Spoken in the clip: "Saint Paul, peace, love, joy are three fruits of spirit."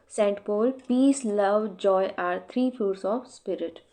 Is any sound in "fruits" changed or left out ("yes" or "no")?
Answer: yes